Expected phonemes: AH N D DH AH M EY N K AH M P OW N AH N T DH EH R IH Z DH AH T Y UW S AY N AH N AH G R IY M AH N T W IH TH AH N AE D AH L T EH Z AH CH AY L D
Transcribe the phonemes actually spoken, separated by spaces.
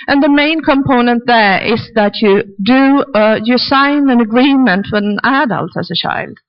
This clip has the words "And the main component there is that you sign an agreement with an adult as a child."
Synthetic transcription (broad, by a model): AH N DH AH M EY N K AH M P OW N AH N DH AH R IH Z DH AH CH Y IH S AY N AH N AH G R IY M AH N T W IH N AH N AE D AH L T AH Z AH CH AY L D